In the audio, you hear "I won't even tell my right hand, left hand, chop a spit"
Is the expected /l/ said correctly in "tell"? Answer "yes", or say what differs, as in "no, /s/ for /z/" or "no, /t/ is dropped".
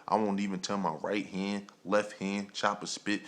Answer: no, /n/ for /l/